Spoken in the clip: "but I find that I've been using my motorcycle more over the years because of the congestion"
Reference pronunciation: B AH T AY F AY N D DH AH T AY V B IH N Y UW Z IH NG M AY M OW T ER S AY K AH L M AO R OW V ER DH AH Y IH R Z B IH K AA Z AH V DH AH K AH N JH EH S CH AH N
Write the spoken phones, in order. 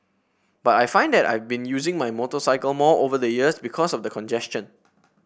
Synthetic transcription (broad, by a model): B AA T AY F AY N D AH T AY V B IH N Y UW Z IH NG M AY M OW T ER S AY K AH L M AO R OW V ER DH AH Y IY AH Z B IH K AA S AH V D AH K AH N JH EH S CH AH N